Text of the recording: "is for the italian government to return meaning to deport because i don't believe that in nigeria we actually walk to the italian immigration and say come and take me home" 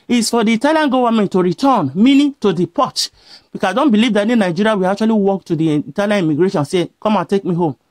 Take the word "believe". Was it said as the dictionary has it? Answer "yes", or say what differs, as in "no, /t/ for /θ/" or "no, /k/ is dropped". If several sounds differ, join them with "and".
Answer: yes